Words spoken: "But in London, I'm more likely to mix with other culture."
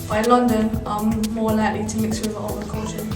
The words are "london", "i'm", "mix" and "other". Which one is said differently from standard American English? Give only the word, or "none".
other